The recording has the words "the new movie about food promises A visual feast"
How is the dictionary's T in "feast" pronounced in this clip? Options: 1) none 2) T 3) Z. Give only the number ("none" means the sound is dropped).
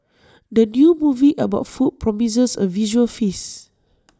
1